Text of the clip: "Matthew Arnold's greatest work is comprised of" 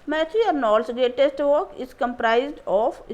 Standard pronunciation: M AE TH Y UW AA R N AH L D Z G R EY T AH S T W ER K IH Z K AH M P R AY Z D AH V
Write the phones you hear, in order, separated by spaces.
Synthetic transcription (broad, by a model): M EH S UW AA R N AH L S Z G R EY T AH S T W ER K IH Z K AH M P R AY Z D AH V